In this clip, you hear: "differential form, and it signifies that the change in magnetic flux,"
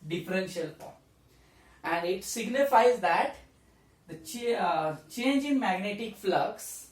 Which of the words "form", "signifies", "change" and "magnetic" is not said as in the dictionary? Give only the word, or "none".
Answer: form